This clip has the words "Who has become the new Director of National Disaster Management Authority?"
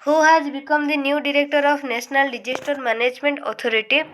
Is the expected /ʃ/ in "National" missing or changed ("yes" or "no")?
yes